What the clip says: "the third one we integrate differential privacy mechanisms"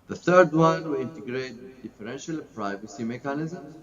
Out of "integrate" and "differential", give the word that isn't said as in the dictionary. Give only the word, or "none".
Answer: none